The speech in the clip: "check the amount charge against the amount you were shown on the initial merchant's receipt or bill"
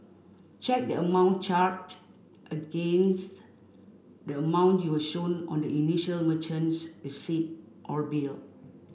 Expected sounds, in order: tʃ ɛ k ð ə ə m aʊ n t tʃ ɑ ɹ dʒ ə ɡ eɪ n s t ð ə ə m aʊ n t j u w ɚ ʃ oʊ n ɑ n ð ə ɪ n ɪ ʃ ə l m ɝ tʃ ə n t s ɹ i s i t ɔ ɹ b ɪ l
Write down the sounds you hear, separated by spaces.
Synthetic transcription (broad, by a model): tʃ ɛ k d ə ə m aʊ n tʃ ɑ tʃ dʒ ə ɡ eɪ n s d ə ə m aʊ n t j u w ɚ ʃ oʊ n ɑ n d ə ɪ n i ʃ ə l m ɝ tʃ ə n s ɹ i s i t ɔ ɹ b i l